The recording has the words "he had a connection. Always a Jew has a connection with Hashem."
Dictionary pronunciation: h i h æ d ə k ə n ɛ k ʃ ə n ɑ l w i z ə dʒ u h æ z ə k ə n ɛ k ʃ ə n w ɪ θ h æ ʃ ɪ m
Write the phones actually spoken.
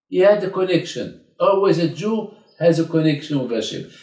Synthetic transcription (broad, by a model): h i h æ d ə k ə n ɛ k ʃ ə n ɑ l w i z ə dʒ u h æ z ə k ə n ɛ k ʃ ə n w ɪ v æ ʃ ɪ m